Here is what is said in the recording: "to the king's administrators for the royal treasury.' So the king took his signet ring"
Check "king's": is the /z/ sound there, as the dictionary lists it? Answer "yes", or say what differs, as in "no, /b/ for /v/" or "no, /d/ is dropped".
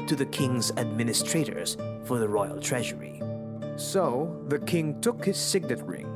yes